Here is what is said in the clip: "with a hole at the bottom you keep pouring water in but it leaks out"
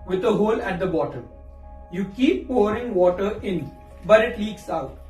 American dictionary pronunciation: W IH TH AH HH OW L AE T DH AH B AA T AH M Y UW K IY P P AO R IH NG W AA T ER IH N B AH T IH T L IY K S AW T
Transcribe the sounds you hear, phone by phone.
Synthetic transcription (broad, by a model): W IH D AH HH OW L AE T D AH B AA T AH M Y UW K IY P P AO R IH NG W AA T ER IH N B AH T IH T L IY K S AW T